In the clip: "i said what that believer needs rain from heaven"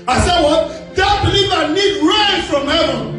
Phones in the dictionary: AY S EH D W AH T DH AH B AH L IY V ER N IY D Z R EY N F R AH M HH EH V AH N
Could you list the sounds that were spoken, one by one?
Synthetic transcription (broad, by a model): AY S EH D W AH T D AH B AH L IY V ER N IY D R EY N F R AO M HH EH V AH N